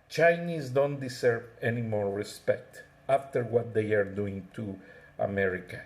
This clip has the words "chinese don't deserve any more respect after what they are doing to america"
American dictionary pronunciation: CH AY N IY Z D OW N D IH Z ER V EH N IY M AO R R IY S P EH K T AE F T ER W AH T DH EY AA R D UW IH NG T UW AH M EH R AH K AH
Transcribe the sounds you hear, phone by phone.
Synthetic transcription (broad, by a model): CH AY N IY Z D OW N D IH S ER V EH N IY M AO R R IY S P EH K T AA F T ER W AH T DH EY AA R D UW IH NG T UW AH M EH R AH K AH